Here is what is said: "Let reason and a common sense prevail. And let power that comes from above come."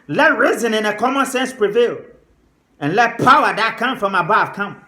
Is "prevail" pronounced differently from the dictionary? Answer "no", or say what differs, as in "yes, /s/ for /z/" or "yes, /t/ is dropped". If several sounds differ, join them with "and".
no